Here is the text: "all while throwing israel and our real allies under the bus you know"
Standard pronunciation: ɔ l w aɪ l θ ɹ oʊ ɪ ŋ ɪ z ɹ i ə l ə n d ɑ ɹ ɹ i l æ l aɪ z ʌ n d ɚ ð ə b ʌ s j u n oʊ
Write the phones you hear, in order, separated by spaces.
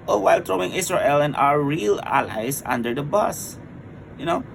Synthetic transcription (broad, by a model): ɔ w aɪ l t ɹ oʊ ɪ ŋ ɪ s ɹ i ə l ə n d ɑ ɹ ɹ i l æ l aɪ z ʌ n d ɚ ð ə b ʌ s j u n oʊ